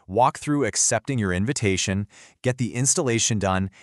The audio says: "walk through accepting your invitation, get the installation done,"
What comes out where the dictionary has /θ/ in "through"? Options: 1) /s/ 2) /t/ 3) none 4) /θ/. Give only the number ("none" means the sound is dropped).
4